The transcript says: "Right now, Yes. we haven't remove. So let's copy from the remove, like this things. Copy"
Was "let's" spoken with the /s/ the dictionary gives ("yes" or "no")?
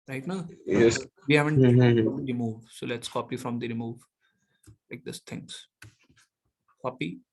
yes